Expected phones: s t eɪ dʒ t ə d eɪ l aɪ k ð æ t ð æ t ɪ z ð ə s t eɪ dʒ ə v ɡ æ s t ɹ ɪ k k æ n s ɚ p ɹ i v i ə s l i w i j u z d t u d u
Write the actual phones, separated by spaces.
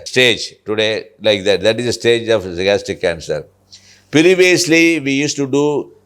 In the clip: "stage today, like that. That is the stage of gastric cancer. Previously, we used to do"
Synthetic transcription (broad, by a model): s t eɪ dʒ t ə d eɪ l aɪ k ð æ t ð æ t ɪ z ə s t eɪ dʒ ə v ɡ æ s t ɪ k k æ n s ɚ p ɹ i v i ə s l i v i j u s t u d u